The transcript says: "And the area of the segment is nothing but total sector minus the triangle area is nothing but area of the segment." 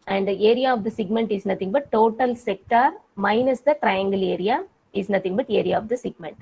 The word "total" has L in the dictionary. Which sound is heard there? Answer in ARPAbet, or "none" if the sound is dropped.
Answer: L